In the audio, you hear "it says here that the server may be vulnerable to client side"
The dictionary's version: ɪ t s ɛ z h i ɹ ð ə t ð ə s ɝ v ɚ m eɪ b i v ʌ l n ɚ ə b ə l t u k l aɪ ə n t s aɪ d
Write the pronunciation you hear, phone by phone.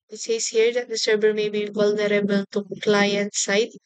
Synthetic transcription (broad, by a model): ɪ t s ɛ s h i ɹ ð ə t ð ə s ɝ b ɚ m eɪ b i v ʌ l n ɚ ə b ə l t u k l aɪ ə n t s aɪ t